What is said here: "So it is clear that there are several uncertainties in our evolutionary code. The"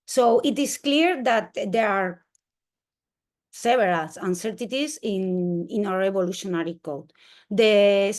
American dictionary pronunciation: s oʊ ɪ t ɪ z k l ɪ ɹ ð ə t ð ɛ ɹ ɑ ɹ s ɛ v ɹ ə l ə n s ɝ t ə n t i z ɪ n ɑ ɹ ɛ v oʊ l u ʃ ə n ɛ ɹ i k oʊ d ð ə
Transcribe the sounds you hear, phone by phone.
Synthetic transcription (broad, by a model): s oʊ ɪ t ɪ s k l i ɹ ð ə t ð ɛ ɹ ɑ ɹ s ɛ b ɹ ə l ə n s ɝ t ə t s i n ɪ n ɑ ɹ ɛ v oʊ l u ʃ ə n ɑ ɹ i k oʊ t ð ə